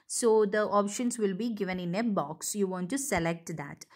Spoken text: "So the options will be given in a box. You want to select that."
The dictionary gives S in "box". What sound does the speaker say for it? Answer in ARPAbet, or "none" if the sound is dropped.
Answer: S